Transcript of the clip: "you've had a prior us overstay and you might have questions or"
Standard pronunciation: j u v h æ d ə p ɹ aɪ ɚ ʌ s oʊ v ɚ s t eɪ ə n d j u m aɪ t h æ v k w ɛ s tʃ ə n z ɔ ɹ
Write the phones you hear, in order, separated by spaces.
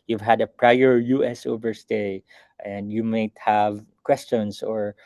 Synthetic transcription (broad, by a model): j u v h æ d ə p ɹ aɪ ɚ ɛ s oʊ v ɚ s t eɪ ə n d j u m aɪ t h æ v k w ɛ s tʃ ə n s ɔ ɹ